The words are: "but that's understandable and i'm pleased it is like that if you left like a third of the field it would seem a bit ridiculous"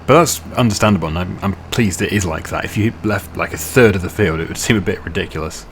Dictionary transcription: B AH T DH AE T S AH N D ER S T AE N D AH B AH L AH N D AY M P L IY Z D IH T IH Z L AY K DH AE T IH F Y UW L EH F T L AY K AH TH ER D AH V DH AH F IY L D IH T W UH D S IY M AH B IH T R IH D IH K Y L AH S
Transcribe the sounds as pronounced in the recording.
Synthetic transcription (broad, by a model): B AH T DH AE T S AH N D ER S T AE N D AH B AH L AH N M AY M P L IY Z D IH T IH Z L AY K DH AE T IH F Y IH L EH F T L AY K AH TH ER D AH V DH AH F IY L D IH T W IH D S IY M AH B IH T R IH D IH K Y L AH S